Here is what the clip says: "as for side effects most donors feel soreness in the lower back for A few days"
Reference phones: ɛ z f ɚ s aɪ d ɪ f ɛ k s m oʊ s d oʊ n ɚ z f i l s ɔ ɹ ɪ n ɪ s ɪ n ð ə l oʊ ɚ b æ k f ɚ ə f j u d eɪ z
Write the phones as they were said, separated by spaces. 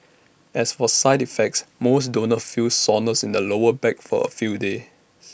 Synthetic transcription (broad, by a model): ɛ s f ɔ s aɪ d ɪ f ɛ k s m oʊ s d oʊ n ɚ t f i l s ɔ n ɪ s ɪ n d ə l oʊ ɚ b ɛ k f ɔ ə f j u d eɪ